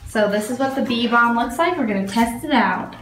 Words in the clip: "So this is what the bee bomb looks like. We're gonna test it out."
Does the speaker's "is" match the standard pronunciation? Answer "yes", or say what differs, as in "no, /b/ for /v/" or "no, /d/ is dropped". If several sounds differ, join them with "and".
yes